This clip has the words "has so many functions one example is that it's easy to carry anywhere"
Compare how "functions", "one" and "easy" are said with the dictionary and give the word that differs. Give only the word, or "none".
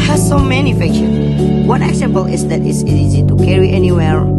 functions